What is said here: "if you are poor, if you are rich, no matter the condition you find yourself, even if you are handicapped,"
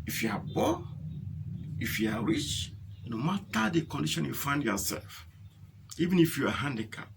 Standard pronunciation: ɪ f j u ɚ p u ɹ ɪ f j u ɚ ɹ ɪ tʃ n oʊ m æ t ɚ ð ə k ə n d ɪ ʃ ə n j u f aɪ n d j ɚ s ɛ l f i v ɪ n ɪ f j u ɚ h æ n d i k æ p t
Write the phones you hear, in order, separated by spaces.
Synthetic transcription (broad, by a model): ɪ f j u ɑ b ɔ ɪ f j u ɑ ɹ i tʃ n oʊ m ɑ t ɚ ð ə k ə n d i ʃ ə n j u f aɪ n d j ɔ s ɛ l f i v ɪ n ɪ f j u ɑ h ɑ n d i k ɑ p